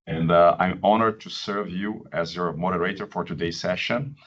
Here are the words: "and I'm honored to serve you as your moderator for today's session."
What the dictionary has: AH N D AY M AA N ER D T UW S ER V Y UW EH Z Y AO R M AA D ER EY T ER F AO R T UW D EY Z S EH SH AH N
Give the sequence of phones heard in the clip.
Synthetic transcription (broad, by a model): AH N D AY M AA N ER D T UW S ER V Y UW EH Z Y AO R M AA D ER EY T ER F AO R T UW D EY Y S EH SH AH N